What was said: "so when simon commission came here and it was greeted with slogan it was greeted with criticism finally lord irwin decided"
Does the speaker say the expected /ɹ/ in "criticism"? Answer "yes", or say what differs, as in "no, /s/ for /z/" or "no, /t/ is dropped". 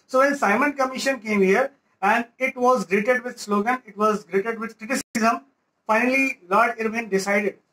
yes